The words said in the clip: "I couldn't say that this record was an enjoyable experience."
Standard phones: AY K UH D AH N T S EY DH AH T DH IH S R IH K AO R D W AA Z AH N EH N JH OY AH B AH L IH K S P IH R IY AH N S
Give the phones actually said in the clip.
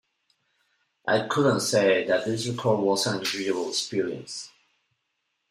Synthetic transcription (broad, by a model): AY K UH D AH N T S EY DH AH T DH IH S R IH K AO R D W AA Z AH N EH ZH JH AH AH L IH K S P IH R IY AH N S